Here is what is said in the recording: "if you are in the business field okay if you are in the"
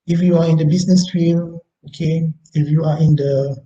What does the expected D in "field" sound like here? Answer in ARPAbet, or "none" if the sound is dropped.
none